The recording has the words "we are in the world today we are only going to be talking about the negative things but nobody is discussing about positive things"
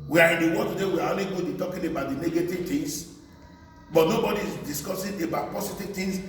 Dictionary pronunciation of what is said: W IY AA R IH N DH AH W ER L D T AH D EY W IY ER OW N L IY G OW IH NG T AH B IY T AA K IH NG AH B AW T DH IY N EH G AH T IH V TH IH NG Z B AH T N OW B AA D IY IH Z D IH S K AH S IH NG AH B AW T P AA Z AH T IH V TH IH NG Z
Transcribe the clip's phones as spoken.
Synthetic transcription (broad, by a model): W IY AA R IH N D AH W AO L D T AH D EY W IY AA OW N L IY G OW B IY T AA K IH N AH B AW T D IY N EH G AH T IH V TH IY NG S B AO T N OW B AA D IY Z D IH S K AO S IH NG AH B AW T P AA S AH T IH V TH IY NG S